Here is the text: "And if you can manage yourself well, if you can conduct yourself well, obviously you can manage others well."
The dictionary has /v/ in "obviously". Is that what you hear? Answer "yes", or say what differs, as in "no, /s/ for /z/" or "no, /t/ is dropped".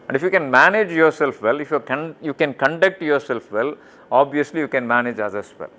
yes